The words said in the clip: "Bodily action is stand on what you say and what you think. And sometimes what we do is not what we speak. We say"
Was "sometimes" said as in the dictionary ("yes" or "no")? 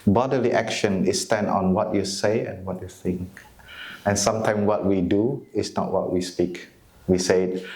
no